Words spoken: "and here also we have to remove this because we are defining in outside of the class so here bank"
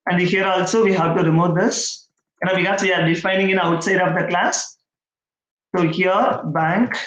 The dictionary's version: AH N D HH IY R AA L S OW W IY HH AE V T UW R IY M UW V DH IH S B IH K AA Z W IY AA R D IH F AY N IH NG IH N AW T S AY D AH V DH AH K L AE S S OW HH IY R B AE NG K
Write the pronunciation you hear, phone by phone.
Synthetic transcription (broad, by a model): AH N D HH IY R AA L S OW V IY HH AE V T UW R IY M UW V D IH S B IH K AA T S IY AA R D IH F AY N IH NG IH N AW T S AY D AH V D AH K L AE S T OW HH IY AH B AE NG K